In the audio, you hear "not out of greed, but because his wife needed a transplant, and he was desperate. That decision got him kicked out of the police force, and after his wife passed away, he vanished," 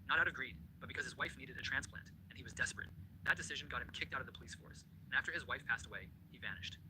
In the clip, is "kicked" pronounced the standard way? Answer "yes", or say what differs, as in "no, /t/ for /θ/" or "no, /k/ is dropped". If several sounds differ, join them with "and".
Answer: yes